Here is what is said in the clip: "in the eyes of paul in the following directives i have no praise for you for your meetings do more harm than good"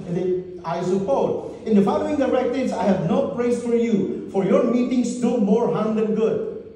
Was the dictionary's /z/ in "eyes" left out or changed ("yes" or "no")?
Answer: yes